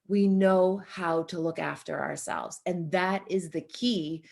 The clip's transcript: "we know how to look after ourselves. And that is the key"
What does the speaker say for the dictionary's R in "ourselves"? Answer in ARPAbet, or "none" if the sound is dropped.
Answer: R